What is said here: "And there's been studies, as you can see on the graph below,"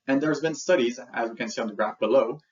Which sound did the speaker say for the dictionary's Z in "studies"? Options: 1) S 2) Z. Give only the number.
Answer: 2